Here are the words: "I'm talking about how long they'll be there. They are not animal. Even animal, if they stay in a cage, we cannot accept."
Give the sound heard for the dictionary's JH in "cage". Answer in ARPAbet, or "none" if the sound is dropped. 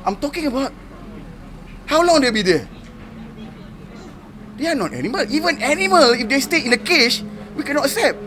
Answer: SH